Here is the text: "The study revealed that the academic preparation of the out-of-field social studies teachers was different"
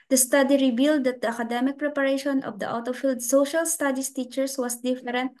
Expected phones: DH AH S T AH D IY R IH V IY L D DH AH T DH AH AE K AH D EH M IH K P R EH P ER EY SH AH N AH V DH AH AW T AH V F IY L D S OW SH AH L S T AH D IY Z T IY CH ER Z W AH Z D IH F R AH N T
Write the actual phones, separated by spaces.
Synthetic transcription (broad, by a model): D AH S T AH D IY R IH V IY L D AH T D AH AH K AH D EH M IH K P R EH P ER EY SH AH N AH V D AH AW T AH F IY L D S OW SH AH L S T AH D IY S T IY CH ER S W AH S D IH F R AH N T